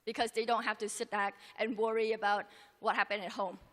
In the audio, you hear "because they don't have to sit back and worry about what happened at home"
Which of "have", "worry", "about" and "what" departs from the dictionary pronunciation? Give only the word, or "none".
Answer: have